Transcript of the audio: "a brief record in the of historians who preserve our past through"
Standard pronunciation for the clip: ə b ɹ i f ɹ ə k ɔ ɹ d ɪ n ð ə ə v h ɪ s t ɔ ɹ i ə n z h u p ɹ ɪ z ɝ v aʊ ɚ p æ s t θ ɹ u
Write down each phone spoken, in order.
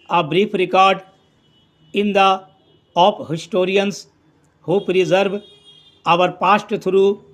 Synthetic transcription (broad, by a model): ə b ɹ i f ɹ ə k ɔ ɹ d ɪ n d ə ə p h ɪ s t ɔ ɹ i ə n s h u p ɹ ɪ z ɝ v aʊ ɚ p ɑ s t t ɹ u